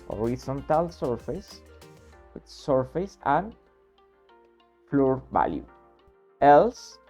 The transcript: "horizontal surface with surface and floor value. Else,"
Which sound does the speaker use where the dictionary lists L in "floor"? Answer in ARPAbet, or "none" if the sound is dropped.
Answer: L